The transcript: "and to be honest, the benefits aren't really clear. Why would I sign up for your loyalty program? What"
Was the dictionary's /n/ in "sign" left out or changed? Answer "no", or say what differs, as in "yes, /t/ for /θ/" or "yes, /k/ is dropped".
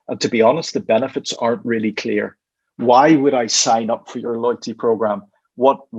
no